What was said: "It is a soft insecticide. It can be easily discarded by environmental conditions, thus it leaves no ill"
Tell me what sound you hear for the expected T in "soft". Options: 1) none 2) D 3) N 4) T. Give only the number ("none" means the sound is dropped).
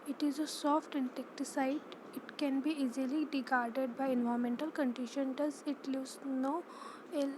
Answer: 4